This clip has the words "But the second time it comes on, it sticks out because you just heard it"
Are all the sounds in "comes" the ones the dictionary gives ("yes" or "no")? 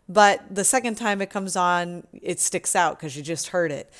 yes